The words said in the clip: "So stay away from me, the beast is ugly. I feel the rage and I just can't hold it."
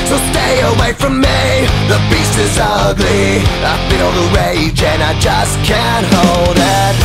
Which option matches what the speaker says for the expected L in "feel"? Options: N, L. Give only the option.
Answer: N